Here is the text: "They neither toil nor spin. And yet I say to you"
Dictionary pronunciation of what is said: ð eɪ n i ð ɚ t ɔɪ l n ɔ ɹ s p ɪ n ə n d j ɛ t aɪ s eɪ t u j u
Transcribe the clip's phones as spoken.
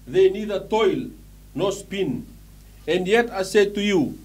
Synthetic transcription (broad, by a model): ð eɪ n i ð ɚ t ɔɪ l n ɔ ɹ s p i n ə n d j ɛ t aɪ s eɪ t u j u